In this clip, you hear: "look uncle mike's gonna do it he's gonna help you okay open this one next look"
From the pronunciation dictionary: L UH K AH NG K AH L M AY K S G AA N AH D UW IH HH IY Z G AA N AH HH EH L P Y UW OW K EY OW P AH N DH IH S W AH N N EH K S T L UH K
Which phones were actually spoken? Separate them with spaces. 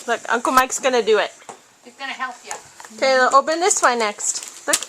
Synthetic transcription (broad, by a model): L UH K AH NG K AH L M AY K S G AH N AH D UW IH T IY S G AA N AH HH EH L P Y UW OW K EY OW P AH N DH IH S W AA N N EH K S T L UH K